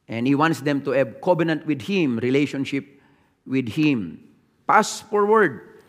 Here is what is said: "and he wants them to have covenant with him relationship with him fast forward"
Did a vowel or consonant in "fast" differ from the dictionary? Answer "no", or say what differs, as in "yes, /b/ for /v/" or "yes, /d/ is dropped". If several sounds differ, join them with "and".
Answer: yes, /p/ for /f/